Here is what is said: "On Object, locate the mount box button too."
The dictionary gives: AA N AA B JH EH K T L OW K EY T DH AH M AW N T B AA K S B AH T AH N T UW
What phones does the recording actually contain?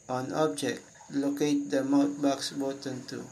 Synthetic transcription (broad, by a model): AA N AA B JH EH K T L OW K EY T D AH M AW T B AA K S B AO T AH N T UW